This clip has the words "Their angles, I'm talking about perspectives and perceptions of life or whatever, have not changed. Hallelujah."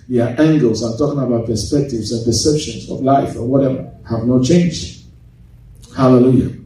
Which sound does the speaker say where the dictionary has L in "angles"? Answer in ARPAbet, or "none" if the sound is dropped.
L